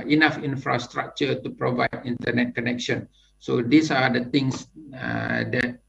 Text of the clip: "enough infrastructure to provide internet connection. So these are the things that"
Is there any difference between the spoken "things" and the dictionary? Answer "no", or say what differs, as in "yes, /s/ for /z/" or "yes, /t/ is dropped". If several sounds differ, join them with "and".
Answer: yes, /t/ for /θ/